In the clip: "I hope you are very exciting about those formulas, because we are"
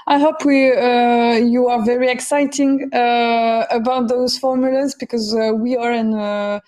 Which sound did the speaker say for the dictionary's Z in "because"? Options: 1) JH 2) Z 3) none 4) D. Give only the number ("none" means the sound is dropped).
2